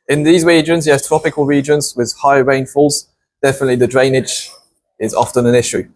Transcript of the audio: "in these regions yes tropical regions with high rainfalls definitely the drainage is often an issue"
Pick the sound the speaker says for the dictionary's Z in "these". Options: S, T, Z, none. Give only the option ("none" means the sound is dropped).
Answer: Z